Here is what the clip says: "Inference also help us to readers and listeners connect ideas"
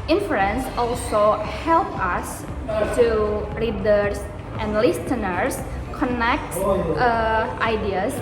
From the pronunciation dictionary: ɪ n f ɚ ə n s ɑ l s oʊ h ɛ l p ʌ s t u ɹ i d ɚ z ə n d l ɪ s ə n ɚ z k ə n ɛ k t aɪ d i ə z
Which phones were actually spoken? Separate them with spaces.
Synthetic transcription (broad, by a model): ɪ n f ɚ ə n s ɑ l s oʊ h ɛ l p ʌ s t u ɹ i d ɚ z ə n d l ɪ s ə n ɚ s k ə n ɛ k t aɪ d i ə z